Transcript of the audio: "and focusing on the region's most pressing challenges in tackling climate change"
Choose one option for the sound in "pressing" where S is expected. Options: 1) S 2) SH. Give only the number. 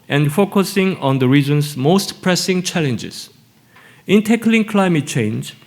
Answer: 1